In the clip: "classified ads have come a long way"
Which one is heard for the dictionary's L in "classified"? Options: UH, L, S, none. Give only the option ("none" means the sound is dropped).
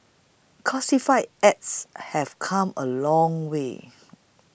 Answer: none